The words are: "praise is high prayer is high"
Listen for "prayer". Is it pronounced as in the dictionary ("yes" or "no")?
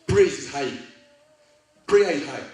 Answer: no